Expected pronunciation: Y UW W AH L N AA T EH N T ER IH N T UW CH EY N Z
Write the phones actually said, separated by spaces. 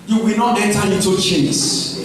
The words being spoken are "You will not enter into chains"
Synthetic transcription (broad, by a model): Y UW W AH L N AA T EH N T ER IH T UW CH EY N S